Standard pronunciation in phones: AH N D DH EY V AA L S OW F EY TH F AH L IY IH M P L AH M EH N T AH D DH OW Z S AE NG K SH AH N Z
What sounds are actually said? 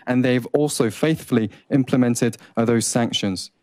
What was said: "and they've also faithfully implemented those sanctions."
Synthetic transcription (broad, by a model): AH N DH EY V AA L S OW F EY TH F AH L IY IH M P L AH M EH N T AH D DH OW Z S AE NG K SH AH N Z